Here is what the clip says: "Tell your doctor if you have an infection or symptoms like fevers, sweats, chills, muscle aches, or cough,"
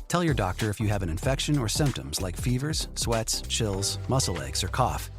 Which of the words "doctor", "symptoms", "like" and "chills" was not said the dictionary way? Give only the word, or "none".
none